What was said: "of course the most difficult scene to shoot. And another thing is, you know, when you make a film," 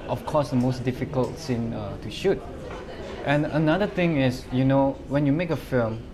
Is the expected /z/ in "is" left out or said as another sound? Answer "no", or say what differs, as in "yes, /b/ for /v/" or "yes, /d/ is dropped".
yes, /s/ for /z/